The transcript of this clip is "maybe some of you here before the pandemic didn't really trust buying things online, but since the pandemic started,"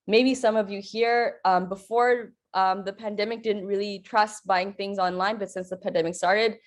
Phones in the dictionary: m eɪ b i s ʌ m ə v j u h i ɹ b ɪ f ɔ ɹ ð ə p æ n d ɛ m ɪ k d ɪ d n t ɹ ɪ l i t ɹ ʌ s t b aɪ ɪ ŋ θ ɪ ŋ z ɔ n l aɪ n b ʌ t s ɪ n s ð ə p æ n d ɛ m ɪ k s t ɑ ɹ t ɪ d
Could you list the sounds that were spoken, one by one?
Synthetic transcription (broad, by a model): m eɪ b i s ʌ m ə v j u h i ɹ b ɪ f ɔ ɹ ð ə p æ n d ɛ m ɪ k d ɪ d n t ɹ ɪ l i t ɹ ʌ s t b aɪ ɪ ŋ θ ɪ ŋ z ɔ n l aɪ n b ʌ t s ɪ n s ð ə p æ n d ɛ m ɪ k s t ɑ ɹ t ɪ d